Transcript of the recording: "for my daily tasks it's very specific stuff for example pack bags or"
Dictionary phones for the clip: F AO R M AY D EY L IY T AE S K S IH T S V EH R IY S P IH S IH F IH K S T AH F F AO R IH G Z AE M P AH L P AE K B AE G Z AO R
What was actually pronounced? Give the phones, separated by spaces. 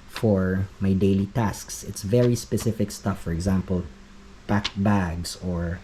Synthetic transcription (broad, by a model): F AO R M AY D EY L IY T AE S K S IH T S V EH R IY S P IH S IH F IH K S T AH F F AO R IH G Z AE M P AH L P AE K B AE G S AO R